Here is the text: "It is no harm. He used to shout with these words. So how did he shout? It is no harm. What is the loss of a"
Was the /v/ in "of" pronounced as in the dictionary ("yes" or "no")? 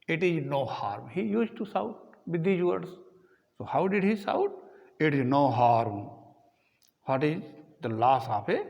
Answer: no